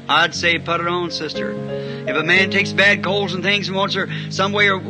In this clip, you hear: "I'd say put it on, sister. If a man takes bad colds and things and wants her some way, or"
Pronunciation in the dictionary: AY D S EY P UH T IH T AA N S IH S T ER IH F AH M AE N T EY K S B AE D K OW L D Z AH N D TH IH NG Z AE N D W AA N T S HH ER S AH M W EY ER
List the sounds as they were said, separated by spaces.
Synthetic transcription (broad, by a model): AY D S EY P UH T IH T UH N S IH S T ER IH F AH M AE N T EY K S B AE D K OW L Z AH N TH IH NG Z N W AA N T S ER S AH M W EY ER